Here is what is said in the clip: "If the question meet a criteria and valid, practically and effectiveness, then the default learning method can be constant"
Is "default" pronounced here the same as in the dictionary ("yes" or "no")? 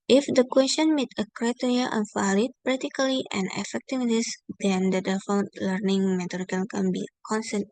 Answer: no